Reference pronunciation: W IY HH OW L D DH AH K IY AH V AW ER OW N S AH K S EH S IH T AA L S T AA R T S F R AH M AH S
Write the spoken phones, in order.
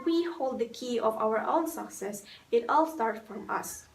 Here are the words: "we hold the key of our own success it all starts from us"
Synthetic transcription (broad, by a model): W IY HH OW L D DH AH K IY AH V AW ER OW N S AH K S EH S IH T AA L S T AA R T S F R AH M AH S